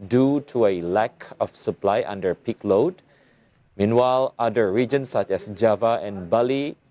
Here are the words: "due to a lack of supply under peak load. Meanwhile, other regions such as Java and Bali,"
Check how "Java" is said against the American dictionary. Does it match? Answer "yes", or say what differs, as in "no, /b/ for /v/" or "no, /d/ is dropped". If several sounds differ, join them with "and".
yes